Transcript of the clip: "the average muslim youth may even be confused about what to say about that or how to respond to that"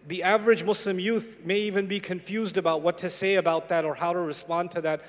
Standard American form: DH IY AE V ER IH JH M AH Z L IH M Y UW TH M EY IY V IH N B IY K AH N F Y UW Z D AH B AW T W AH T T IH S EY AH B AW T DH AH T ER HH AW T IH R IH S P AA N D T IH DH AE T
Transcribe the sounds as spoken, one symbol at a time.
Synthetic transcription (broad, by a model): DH IY AE V ER IH JH M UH S L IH M Y UW TH M EY IY V IH N B IY K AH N F Y UW Z D AH B AW T W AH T T IH S EY AH B AW T DH AH T ER HH AW T IH R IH S P AA N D T IH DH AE T